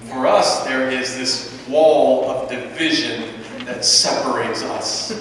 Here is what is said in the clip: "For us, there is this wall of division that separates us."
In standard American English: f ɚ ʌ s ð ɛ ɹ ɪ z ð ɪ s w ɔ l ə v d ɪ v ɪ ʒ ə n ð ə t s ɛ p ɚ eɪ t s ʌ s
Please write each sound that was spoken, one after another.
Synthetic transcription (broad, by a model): f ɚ ʌ s ð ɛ ɹ ɪ z ð ɪ s w ɔ l ə v d ɪ v ɪ ʒ ə n ð ə t s ɛ p ɚ eɪ t s ʌ s